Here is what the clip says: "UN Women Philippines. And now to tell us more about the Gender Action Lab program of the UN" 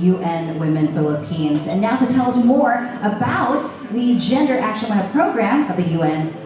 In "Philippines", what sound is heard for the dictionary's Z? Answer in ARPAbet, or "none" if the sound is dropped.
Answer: Z